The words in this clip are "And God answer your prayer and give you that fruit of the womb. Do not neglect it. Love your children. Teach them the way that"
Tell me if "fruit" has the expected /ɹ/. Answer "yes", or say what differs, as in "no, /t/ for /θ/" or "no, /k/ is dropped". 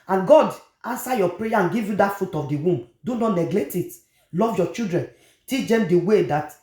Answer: no, /ɹ/ is dropped